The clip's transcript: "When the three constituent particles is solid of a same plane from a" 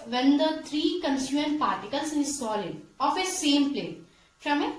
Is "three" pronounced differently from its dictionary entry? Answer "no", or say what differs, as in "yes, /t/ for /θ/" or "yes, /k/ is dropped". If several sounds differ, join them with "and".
yes, /t/ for /θ/